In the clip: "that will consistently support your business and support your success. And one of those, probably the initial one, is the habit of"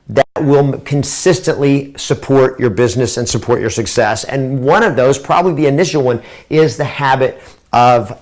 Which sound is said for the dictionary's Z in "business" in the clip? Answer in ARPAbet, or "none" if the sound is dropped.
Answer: Z